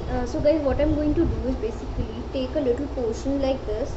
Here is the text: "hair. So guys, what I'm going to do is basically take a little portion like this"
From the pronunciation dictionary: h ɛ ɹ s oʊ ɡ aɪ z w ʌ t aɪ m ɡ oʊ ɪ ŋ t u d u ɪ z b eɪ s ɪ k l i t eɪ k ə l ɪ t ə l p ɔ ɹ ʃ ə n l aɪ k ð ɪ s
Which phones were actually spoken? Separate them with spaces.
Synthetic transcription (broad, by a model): s oʊ ɡ aɪ z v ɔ t aɪ m ɡ oʊ ɪ ŋ t u d u ɪ z b eɪ s ɪ k l i t eɪ k ə l ɪ t ə l p ɔ ɹ ʃ ə n l aɪ k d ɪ s